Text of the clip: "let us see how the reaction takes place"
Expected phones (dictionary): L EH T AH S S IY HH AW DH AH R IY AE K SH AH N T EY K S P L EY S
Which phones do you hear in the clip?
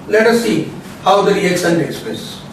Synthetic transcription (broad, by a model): L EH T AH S S IY HH AW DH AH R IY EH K S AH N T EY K S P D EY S